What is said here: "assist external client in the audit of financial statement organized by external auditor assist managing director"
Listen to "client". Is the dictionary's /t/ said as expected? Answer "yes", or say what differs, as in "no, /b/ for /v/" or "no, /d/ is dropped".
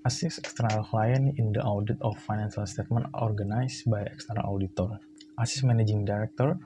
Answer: no, /t/ is dropped